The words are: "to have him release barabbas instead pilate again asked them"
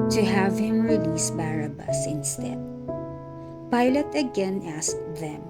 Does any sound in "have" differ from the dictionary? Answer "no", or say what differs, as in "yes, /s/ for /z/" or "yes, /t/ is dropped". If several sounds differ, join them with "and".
no